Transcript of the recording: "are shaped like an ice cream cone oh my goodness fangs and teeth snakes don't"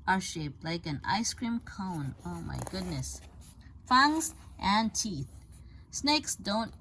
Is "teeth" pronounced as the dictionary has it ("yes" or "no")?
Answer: yes